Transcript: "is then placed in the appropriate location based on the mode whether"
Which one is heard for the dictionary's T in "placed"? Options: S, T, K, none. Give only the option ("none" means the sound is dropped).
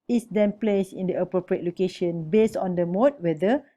none